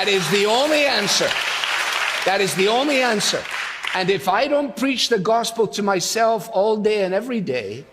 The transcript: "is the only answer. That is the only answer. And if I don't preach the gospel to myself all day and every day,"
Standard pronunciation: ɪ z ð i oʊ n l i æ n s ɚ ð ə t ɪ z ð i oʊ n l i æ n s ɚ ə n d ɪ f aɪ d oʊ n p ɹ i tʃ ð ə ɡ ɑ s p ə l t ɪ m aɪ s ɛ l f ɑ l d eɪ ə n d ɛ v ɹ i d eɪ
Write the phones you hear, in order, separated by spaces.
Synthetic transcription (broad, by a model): ɪ z ð i oʊ n l i æ n s ɚ ð ə t ɪ z ð i oʊ n l i æ n s ɚ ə n ɪ f aɪ d oʊ n p ɹ i tʃ ð ə ɡ ɑ s p l t ɪ m aɪ s ɛ l f ɑ l d eɪ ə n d ɛ v ɹ i d eɪ